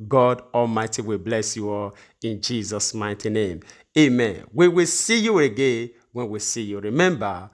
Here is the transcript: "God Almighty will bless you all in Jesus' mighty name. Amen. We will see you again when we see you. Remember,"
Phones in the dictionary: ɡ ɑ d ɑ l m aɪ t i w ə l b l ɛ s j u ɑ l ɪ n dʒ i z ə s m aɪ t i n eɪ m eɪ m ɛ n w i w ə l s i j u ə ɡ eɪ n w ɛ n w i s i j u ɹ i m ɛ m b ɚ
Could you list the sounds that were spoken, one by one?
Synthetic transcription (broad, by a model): ɡ ɑ d ɑ l m aɪ t i w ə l b l ɛ s j u ɑ l ɪ n dʒ i z ə s m aɪ t i n eɪ m eɪ m ɛ n w i w ə l s i j u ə ɡ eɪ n w ɛ n w i s i j u ɹ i m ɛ m b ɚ